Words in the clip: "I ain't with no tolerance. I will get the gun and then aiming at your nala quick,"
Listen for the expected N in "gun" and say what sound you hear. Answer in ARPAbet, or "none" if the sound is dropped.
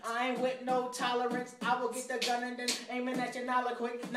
N